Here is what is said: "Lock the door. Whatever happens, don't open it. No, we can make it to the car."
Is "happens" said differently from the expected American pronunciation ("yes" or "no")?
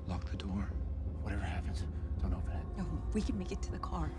no